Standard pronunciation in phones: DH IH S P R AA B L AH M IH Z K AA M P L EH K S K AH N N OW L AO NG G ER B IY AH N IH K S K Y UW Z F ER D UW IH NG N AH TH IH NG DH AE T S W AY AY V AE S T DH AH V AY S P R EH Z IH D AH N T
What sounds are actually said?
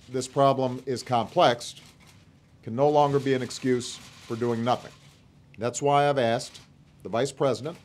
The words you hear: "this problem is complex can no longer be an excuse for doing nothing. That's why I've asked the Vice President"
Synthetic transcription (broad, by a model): DH IH S P R AA B L AH M IH Z K AA M P L EH K S K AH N N OW L AO NG G ER B IY AH N IH K S K Y UW Z F ER D UW IH NG N AH TH IH NG DH AE T S W AY AY V AE S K DH AH V AY S P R EH Z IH D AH N T